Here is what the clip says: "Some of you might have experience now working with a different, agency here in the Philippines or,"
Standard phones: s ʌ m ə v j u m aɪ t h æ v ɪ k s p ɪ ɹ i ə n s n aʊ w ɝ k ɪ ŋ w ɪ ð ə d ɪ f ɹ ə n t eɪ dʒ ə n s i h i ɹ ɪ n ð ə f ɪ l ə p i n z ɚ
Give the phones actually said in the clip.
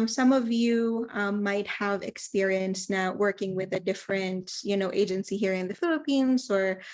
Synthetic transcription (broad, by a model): s ʌ m ə v j u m aɪ t h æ v ɪ k s p ɪ ɹ i ə n s n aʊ w ɝ k ɪ ŋ w ɪ ð ə d ɪ f ɹ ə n t eɪ dʒ ə n s i h i ɹ ɪ n ð ə f ɪ l ə p i n z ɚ